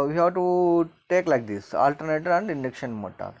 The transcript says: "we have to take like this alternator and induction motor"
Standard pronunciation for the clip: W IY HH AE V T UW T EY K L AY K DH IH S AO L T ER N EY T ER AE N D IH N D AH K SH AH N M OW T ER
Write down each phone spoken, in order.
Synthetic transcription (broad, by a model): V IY HH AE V T UW T EY K L AY K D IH S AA L T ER N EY T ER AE N D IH N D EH K SH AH N M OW T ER